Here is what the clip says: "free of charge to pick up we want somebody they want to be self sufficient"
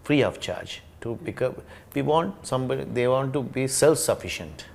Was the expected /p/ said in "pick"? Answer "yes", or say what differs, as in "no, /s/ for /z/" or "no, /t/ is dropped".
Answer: no, /b/ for /p/